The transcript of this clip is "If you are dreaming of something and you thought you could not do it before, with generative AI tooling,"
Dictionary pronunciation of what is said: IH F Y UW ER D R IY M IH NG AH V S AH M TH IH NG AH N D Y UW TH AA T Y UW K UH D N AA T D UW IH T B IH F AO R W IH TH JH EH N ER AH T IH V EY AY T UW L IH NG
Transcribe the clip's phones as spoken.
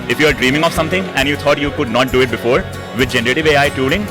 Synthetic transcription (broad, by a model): IH F Y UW ER D R IY M IH NG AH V S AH M T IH NG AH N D Y UW T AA T Y UW K UH D N AA T D UW IH T B IH F AO R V IH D JH EH N ER AH T IH V EY AY T UW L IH NG